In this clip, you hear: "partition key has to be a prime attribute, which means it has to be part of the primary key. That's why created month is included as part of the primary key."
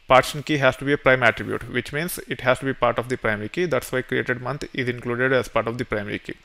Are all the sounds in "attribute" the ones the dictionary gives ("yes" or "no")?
yes